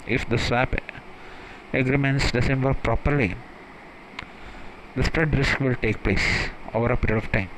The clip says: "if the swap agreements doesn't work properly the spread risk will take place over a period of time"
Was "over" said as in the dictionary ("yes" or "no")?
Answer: yes